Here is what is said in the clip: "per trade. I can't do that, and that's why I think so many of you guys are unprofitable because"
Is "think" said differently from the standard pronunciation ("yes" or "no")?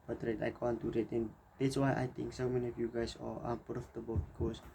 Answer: yes